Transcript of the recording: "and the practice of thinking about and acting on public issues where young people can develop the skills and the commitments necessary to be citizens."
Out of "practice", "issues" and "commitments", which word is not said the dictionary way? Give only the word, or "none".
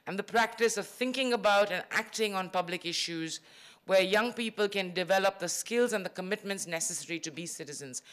none